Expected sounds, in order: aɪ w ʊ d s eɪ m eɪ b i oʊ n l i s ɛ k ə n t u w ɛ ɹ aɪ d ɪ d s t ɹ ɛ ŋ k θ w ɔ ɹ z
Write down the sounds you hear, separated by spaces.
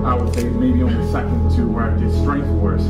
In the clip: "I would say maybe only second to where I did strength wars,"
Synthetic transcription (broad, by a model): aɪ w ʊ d θ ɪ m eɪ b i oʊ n i s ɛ k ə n t u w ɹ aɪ d ɪ d s t ɹ ɛ ŋ k θ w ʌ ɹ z